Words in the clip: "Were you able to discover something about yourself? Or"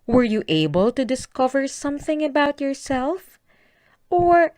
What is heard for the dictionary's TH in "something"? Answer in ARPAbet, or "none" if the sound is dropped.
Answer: TH